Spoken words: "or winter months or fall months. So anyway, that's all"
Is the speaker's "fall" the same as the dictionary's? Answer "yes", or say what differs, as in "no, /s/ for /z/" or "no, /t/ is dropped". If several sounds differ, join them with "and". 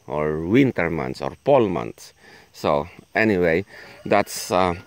no, /p/ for /f/